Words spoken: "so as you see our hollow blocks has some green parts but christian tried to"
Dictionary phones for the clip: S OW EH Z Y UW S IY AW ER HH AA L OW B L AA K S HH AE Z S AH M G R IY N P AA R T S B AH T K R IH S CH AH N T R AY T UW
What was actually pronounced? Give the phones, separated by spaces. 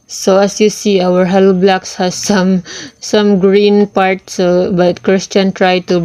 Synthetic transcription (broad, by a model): S OW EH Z Y UW S IY AW ER HH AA L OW B L AA K S HH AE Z S AH M G R IY N P AA R T S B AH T K R IH S CH AH N T R AY T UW